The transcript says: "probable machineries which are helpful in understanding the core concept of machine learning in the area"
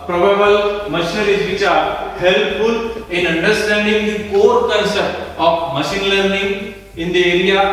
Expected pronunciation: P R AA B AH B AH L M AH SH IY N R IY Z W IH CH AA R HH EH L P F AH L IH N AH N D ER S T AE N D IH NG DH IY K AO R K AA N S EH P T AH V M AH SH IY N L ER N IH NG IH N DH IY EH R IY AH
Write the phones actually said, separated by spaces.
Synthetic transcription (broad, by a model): P R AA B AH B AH L M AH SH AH R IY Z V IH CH AA R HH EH L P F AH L IH N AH N D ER S T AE N D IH NG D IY K AO R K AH N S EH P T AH F M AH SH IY N L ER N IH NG IH N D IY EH R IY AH